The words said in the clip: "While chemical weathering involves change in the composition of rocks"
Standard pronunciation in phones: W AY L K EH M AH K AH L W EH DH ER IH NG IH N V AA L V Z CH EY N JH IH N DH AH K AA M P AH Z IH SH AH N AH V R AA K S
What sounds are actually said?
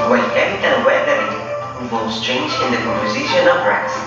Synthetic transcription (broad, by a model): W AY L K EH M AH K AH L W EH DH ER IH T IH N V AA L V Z CH EY N JH IH N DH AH K AA M P AH Z IH SH AH N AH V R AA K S